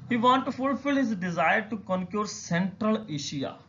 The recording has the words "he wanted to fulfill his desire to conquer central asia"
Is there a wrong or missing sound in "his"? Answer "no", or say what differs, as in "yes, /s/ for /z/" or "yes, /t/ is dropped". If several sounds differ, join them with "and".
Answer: no